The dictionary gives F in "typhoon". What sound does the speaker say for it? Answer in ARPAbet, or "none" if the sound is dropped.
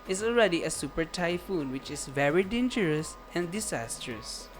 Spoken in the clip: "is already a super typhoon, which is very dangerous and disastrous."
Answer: F